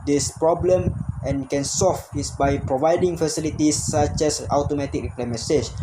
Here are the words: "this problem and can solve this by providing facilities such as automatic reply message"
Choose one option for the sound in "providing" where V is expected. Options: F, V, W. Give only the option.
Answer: V